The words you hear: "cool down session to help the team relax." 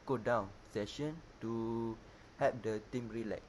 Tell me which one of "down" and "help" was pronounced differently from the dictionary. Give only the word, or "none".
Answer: help